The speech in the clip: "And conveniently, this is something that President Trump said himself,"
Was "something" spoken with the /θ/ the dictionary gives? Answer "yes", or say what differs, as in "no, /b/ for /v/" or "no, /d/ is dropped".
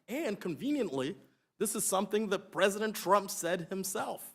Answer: yes